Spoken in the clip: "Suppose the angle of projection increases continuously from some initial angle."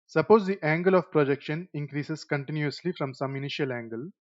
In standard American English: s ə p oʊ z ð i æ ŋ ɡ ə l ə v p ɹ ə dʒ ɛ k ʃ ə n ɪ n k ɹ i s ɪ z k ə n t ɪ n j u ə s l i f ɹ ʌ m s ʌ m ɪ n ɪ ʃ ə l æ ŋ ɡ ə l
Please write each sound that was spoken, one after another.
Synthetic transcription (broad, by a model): s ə p oʊ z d i æ ŋ ɡ ə l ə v p ɹ ə dʒ ɛ k ʃ ə n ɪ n k ɹ i s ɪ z k ə n t ɪ n j u ə s l i f ɹ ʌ m s ʌ m ɪ n ɪ ʃ ə l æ ŋ ɡ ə l